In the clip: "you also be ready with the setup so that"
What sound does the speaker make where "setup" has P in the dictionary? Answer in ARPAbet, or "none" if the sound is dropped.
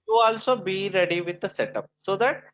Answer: P